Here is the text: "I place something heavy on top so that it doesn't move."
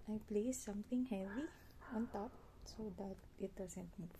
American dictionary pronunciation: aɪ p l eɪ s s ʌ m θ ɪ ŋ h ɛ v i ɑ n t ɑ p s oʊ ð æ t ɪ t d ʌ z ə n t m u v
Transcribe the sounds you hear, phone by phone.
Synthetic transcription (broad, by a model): aɪ p l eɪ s s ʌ m t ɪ ŋ h ɛ v i ɑ n t ɑ p s oʊ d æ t ɪ t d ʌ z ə n t m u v